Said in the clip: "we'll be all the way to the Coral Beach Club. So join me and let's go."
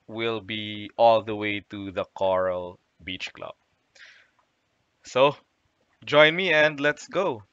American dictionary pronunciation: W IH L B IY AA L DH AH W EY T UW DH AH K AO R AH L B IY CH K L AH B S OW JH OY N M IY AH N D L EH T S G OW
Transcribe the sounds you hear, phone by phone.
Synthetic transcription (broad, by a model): W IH L B IY AA L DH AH W EY T UW DH AH K AO R AH L B IY CH K L AH B S OW JH OY N M IY AH N D L EH T S G OW